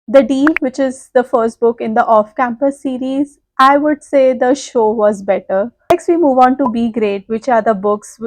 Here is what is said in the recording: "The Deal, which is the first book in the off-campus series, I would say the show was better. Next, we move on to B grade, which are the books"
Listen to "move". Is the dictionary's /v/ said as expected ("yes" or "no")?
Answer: yes